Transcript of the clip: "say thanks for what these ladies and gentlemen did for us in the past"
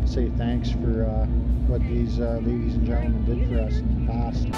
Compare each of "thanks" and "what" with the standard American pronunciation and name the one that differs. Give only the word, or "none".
none